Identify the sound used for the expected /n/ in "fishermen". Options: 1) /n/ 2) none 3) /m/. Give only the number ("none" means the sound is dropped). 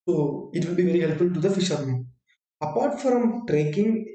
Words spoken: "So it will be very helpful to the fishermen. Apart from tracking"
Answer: 2